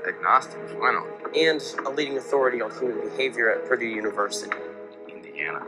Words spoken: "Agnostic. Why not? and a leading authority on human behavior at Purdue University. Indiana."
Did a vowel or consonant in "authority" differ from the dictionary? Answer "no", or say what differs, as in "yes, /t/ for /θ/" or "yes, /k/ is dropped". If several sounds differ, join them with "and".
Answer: no